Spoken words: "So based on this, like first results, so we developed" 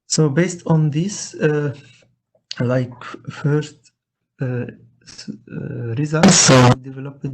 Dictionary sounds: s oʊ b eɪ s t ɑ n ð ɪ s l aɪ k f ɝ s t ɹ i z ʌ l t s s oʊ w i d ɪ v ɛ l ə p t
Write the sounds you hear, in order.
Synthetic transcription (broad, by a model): s oʊ b eɪ s t ɑ n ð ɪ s l aɪ k f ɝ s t ɹ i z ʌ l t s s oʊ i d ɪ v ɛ l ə p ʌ